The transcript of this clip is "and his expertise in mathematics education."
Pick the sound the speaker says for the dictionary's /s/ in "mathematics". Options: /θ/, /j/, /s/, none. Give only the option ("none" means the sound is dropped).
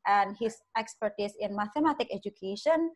none